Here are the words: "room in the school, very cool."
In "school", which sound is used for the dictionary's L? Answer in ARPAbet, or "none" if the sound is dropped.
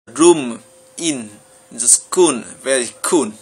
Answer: N